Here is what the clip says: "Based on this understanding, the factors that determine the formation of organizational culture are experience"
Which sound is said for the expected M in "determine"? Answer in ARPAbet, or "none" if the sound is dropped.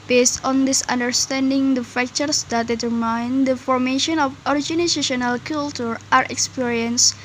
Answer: none